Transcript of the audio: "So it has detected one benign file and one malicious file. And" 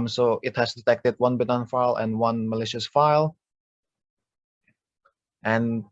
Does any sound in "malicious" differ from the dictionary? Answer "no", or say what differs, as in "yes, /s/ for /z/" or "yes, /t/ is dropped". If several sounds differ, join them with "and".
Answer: no